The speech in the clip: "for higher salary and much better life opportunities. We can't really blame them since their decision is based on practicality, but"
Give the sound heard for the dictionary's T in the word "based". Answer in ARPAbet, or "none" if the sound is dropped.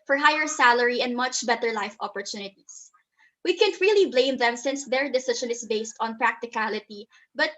T